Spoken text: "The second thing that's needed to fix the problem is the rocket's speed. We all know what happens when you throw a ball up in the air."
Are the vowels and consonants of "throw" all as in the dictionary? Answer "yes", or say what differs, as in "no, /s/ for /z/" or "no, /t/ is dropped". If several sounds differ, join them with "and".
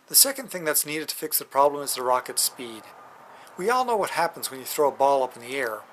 yes